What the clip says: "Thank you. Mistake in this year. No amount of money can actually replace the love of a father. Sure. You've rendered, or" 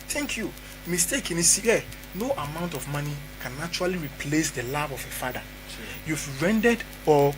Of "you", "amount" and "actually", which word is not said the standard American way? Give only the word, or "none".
actually